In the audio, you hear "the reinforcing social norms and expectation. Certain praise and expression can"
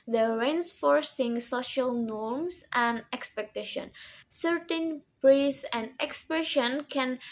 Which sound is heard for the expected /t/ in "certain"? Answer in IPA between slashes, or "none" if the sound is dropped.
/t/